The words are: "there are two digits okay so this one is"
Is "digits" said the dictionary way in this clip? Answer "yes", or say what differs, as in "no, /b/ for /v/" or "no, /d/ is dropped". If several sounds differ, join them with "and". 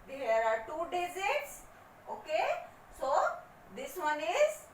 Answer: no, /z/ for /dʒ/